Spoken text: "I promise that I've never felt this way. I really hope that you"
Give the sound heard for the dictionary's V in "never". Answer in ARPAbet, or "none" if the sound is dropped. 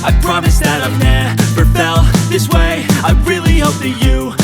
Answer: P